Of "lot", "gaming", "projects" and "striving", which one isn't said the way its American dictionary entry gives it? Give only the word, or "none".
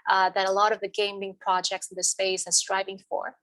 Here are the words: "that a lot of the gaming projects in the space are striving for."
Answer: none